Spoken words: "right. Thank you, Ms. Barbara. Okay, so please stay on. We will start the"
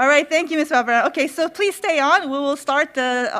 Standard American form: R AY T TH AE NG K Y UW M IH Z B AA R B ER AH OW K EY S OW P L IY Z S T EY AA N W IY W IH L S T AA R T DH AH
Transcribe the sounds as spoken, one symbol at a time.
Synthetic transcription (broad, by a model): R AY T TH AE NG K Y UW M IH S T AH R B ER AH OW K EY S OW P L IY Z S T EY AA N W IY W IH L S T AA R T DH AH